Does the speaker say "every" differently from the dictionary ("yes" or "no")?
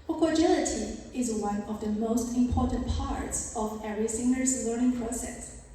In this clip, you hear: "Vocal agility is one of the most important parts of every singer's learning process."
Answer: yes